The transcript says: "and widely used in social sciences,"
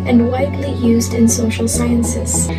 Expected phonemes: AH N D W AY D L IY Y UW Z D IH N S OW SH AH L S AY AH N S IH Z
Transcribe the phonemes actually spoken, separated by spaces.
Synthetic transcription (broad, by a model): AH N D W AY D L IY Y UW Z D IH N S OW SH L S AY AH N S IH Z